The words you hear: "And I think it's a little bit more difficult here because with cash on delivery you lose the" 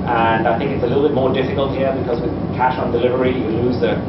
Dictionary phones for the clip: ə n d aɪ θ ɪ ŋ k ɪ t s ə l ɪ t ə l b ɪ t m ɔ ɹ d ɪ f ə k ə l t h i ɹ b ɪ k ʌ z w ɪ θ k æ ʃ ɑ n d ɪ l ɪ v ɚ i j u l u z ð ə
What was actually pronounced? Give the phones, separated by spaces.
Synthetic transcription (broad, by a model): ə n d aɪ θ ɪ ŋ k ɪ t s ə l ɪ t l b ɪ t m ɔ ɹ d ɪ f ə k ə l t h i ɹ b ɪ k ʌ z w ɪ k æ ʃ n d ɪ l ɪ v ɚ i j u l u z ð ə